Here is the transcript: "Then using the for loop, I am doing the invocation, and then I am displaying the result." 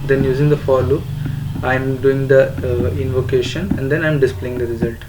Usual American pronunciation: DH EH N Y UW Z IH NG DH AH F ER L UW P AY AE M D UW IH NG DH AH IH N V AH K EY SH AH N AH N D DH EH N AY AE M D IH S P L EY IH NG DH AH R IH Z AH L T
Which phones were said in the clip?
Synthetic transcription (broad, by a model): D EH N Y UW Z IH NG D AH F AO L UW AY M D UW IH NG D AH IH N V AH K EY SH AH N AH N D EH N AY M D IH S P L EY IH NG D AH R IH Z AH L T